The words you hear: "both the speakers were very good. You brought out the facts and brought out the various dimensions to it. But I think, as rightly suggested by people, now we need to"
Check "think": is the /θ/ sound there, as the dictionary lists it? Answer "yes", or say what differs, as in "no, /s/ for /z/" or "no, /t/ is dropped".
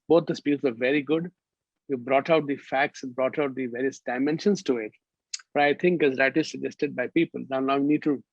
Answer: no, /t/ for /θ/